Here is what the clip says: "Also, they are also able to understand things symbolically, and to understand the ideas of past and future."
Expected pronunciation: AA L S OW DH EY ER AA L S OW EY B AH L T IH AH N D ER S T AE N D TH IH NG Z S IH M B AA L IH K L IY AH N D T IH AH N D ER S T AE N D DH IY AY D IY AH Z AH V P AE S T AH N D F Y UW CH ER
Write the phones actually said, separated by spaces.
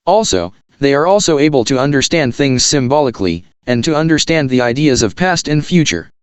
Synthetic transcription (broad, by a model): AA L S OW DH EY ER AA L S OW EY B AH L T IH AH N D ER S T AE N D TH IH NG Z S IH M B AA L IH K L IY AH N T IH AH N D ER S T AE N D DH IY AY D IY AH Z AH V P AE S T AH N F Y UW CH ER